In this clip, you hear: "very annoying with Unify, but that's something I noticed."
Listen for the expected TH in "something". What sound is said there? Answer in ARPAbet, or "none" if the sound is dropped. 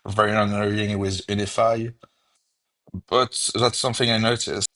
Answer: TH